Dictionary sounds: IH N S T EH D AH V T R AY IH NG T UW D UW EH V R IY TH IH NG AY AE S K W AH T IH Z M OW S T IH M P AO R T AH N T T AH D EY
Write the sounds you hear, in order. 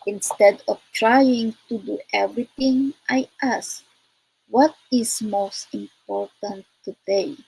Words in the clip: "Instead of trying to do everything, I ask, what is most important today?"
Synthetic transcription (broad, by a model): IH N S T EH D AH F T R AY IH NG T UW D UW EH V R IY T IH NG AY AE S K W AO T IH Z M OW S T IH M P AO R T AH N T T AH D EY